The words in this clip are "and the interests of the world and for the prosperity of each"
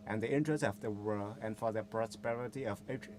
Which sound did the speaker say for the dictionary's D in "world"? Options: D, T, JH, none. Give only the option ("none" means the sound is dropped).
none